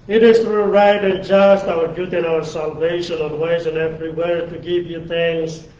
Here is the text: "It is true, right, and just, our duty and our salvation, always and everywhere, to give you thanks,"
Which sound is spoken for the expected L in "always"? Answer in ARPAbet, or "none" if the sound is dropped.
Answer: N